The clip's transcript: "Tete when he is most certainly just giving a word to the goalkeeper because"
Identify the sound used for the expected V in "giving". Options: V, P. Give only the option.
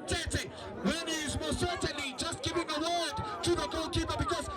P